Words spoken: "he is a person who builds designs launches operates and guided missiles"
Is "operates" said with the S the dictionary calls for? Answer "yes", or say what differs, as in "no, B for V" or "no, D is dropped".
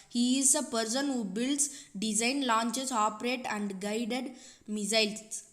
no, S is dropped